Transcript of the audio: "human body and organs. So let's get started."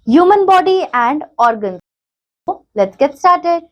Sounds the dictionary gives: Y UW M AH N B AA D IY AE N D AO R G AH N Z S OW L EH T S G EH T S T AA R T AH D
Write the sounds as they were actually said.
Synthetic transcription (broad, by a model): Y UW M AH N B AA D IY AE N D AO R G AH N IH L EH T G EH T S T AA R T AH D